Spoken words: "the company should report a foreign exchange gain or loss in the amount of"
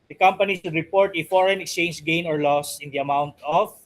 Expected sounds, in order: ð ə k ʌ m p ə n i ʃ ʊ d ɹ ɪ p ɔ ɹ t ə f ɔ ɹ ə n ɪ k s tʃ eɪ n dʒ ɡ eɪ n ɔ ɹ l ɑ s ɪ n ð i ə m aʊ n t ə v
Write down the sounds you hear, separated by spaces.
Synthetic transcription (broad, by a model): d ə k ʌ m p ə n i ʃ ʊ d ɹ ɪ p ɔ ɹ t ə f ɔ ɹ ə n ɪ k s tʃ eɪ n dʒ ɡ eɪ n ɔ ɹ l ɑ s ɪ n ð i ə m aʊ n t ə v